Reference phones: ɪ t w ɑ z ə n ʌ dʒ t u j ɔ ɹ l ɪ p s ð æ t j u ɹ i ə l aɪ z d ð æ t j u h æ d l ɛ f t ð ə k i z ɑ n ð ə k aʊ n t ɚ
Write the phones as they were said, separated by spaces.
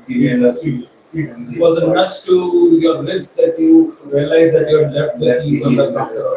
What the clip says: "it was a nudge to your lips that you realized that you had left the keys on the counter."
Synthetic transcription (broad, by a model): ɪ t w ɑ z ə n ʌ tʃ t u j ɔ ɹ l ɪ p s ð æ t j u ɹ i ə l aɪ z d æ t j u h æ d l ɛ f t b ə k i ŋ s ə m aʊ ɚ